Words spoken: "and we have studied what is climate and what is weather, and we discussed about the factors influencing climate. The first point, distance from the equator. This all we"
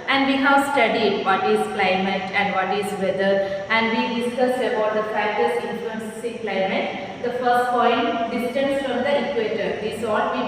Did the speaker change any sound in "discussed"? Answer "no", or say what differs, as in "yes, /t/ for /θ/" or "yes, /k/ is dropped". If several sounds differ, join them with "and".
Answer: yes, /t/ is dropped